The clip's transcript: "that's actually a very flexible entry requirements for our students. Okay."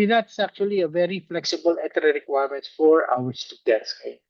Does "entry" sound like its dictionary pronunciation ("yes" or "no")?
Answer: no